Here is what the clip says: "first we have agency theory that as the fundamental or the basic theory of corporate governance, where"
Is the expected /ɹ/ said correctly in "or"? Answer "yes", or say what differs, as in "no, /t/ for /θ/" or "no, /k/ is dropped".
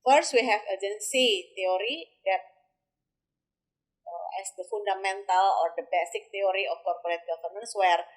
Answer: yes